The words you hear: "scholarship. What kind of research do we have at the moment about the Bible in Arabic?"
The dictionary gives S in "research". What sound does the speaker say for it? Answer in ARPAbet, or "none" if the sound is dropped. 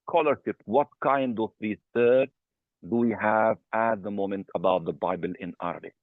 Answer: TH